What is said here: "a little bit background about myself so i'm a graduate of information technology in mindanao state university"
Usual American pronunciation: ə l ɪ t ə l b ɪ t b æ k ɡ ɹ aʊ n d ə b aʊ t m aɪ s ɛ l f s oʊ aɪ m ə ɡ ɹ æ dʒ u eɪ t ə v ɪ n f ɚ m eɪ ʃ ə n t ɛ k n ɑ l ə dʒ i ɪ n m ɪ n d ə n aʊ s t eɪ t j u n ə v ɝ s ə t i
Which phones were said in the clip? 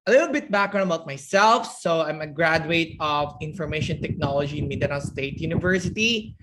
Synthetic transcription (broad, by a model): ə l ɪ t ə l b ɪ t b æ k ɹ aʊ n ə b aʊ t m aɪ s ɛ l f s oʊ aɪ m ə ɡ ɹ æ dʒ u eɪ t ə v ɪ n f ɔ m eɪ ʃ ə n t ɛ k n ɑ l ə dʒ i ɪ n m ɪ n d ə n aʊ s t eɪ t j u n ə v ɝ s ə t i